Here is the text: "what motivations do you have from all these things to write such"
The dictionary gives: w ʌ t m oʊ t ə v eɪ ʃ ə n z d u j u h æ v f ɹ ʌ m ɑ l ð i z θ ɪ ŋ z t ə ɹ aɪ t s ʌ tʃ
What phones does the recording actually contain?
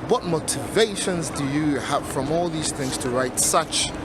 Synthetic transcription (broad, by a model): w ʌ t m oʊ t ə v eɪ ʃ ə n z d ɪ j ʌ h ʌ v f ɹ ʌ m ɑ l ð i z θ ɪ ŋ z t ə ɹ aɪ t s ʌ tʃ